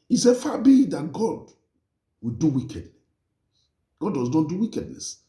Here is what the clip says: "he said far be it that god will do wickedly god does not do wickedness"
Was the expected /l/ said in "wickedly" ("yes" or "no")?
no